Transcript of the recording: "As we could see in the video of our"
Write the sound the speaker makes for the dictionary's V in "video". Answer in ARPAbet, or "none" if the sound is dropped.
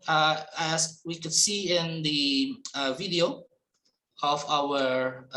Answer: V